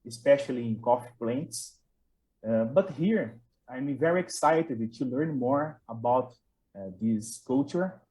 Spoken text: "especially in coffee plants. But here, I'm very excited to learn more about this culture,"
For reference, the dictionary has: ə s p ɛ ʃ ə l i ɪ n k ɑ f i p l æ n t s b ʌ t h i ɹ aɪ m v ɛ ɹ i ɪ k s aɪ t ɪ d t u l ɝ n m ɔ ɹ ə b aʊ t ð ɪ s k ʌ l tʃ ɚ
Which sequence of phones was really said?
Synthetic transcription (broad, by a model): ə s p ɛ ʃ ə l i ɪ n k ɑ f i p l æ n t s b ʌ t h i ɹ aɪ m v ɛ ɹ i ɪ k s aɪ t ɪ d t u l ɝ n m ɔ ɹ ə b aʊ t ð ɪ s k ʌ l tʃ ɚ